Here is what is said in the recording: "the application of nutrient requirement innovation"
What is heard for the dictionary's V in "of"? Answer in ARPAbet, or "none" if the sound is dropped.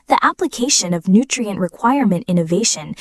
V